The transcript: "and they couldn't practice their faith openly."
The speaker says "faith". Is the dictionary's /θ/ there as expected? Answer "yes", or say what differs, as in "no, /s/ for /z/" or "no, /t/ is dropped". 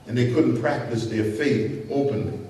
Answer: no, /t/ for /θ/